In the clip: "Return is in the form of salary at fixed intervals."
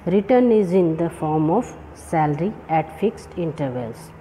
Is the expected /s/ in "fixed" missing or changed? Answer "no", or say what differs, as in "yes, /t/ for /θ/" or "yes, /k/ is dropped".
no